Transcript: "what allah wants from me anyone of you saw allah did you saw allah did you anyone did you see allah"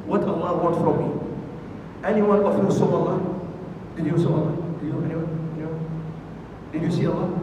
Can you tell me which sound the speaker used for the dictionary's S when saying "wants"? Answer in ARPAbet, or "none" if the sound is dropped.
none